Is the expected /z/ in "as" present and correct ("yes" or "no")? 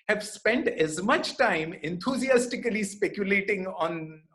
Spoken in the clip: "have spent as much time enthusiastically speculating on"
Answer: yes